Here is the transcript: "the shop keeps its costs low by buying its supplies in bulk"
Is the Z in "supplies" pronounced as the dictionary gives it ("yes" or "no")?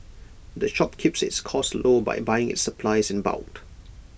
yes